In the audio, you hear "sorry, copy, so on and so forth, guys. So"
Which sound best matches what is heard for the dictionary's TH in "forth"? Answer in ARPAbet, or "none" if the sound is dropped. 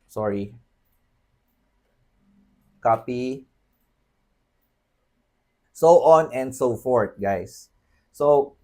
T